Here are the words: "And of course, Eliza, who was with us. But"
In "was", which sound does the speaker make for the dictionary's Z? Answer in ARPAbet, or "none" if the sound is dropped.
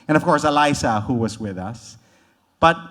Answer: Z